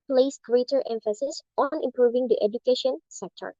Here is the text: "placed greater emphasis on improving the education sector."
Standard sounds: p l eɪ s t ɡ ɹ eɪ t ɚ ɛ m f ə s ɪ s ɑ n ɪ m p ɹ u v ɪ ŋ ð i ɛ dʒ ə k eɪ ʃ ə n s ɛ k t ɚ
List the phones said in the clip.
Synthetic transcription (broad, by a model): p l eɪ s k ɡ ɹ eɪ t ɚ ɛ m f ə s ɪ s ɑ n ɪ m p ɹ u v ɪ ŋ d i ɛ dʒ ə k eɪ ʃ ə n s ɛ k t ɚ